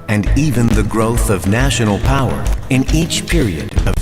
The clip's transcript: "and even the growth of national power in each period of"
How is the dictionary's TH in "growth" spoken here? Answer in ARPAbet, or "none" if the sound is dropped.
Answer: TH